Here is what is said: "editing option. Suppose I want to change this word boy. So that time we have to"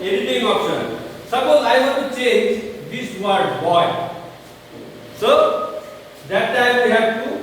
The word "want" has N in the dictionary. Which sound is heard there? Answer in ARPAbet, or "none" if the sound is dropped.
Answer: none